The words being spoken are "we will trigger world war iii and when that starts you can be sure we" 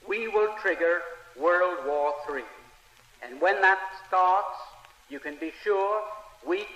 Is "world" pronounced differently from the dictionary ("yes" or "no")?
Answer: no